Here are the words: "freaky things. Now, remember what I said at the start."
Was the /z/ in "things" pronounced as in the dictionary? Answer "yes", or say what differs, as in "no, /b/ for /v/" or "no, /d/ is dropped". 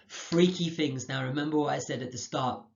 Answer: yes